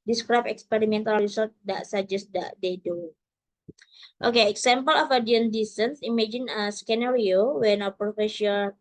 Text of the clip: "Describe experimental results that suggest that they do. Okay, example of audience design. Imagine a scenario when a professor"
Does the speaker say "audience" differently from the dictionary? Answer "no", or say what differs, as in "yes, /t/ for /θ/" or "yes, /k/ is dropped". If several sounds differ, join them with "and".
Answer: yes, /s/ is dropped